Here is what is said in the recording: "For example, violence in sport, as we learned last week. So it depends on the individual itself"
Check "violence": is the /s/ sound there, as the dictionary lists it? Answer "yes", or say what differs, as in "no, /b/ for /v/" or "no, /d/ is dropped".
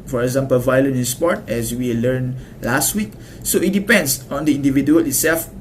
no, /s/ is dropped